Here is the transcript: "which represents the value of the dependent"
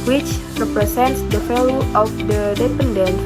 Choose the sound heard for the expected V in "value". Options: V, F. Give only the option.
F